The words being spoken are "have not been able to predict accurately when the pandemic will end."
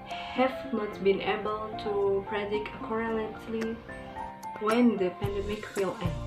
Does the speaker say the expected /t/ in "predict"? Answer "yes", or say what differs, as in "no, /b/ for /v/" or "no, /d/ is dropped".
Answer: no, /t/ is dropped